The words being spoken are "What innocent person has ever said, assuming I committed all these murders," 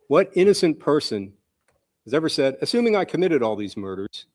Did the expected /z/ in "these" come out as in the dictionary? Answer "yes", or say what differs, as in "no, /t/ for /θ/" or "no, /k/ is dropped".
yes